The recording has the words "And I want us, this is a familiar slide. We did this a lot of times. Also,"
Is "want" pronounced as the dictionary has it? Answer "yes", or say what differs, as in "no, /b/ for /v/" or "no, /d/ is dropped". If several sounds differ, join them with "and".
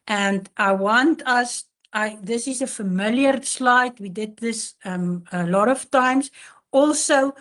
yes